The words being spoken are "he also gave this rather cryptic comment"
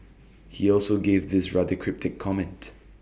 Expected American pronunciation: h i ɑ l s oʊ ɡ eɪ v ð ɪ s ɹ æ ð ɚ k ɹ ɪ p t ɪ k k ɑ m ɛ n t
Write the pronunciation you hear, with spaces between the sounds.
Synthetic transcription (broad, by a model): h i ɑ l s oʊ ɡ eɪ v ð ɪ s ɹ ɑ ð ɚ k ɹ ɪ p t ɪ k k ɑ m ɛ n t